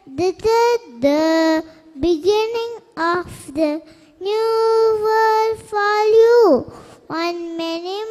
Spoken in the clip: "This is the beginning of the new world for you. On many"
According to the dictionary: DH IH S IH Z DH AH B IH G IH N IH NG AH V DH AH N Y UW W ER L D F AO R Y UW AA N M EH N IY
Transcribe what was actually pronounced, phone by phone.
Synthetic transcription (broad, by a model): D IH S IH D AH B IH G IH N IH NG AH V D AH N Y UW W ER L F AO L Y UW AA N M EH N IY